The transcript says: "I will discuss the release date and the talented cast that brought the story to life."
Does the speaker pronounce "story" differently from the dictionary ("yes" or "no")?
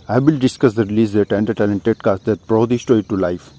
yes